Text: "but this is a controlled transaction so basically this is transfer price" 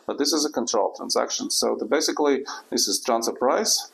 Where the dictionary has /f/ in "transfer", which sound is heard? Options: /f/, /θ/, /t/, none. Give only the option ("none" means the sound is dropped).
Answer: none